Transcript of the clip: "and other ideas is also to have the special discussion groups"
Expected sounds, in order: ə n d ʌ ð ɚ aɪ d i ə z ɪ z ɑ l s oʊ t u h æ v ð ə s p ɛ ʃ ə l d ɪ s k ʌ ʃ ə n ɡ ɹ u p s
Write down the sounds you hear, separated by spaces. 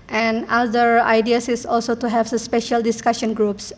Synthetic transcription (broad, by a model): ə n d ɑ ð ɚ aɪ d i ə s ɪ s ɑ l s oʊ t u h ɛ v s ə s p ɛ ʃ ə l d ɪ s k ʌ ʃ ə n ɡ ɹ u p s